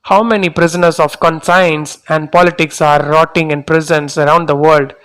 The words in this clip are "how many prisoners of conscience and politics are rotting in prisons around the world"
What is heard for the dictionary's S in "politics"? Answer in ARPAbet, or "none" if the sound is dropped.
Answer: S